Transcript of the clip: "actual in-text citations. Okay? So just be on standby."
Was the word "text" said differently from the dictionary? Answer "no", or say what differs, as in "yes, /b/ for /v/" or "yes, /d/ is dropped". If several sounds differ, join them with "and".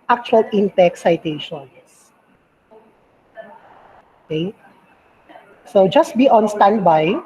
yes, /s/ is dropped